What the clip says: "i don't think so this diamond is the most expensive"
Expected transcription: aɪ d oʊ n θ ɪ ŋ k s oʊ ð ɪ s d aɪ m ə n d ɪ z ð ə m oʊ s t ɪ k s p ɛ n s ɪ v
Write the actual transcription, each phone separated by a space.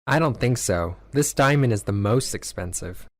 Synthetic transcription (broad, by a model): aɪ d oʊ n θ ɪ ŋ k s oʊ ð ɪ s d aɪ m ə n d ɪ z ð ə m oʊ s t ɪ k s p ɛ n s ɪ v